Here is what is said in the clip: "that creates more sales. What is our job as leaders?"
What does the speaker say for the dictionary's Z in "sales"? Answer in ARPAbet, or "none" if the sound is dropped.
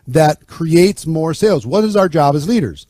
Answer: Z